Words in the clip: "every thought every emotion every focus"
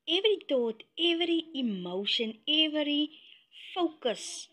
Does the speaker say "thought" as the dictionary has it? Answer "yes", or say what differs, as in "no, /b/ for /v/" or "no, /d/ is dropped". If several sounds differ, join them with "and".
no, /t/ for /θ/